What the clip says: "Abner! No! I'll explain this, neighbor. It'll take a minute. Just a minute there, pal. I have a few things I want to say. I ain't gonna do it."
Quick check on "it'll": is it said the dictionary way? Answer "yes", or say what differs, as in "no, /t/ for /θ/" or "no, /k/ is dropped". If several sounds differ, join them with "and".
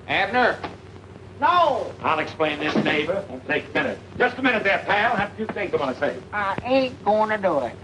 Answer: no, /n/ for /l/